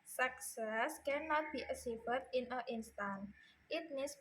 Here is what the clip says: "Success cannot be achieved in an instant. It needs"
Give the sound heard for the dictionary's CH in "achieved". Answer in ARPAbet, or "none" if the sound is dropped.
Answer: S